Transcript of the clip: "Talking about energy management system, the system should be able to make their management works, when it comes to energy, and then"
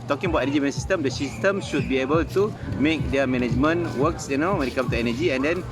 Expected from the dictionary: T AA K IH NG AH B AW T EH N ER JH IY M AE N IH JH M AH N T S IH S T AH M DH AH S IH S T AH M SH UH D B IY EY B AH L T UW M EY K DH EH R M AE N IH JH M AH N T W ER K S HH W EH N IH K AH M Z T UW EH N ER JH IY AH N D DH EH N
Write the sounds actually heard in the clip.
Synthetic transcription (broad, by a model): T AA K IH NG AH B AW T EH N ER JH IY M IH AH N S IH S T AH M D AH S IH S T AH M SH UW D B IY EY B AH L T UW M EY K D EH M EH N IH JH M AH N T W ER K S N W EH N IH K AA M T UW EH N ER JH IY AH N D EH N